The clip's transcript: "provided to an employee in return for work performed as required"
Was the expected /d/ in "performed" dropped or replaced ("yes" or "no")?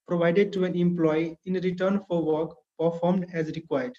no